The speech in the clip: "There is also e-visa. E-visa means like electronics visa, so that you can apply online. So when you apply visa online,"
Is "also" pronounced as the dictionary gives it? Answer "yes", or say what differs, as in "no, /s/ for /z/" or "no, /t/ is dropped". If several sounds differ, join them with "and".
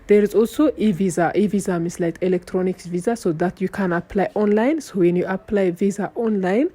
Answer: no, /l/ is dropped